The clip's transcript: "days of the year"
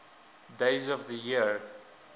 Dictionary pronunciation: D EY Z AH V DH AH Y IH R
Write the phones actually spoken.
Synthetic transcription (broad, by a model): D EY Z AH V DH AH Y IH R